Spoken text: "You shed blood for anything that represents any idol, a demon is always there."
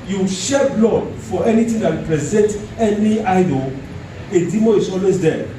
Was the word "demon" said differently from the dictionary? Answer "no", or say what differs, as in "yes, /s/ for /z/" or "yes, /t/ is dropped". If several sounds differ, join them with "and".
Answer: yes, /n/ is dropped